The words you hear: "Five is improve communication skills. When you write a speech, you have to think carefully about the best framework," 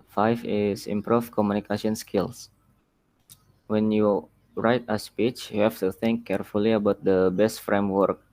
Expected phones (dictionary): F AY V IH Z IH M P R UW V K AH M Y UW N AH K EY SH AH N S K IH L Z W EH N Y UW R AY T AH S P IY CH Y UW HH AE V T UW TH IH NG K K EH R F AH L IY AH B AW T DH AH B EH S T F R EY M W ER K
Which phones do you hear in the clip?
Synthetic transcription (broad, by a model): F AY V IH S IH M P R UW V K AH M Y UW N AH K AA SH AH N S K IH L S W EH N Y UW R AY T AH S P IY CH Y UW HH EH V T UW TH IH NG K K EH R F AH L IY AH B AW T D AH B EH S T F R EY M W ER K